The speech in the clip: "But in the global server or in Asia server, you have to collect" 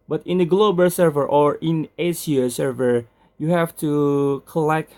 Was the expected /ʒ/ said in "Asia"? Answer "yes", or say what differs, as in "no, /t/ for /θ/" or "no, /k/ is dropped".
no, /s/ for /ʒ/